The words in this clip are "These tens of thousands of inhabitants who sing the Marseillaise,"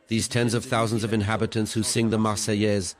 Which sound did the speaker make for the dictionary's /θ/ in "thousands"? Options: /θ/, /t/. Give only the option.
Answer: /θ/